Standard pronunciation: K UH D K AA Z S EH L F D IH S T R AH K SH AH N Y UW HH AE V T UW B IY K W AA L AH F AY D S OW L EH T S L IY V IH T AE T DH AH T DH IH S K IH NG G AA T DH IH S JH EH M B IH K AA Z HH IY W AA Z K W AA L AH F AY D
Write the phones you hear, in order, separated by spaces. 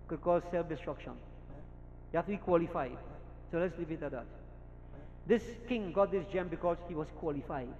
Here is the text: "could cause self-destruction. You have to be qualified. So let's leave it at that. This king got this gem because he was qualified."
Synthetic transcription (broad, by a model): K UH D K AA Z S EH L F D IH S T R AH K SH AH N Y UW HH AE F T UW B IY K W AA L AH F AY D S OW L EH T S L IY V IH T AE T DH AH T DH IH S K IH NG G AA T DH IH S JH EH M B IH K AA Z HH IY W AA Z K W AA L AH F AY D